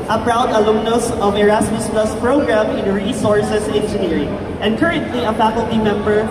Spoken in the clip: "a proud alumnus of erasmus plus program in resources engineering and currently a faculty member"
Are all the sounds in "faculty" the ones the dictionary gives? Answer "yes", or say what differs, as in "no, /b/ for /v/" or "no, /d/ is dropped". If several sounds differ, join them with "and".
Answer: yes